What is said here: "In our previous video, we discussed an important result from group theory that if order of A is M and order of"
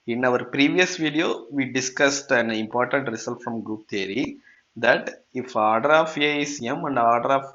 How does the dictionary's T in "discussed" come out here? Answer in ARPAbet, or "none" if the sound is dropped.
T